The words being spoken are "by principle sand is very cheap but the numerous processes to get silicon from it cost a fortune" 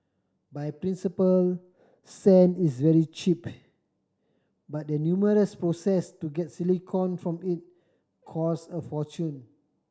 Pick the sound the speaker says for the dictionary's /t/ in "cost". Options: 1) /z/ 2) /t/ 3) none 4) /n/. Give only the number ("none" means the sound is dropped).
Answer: 3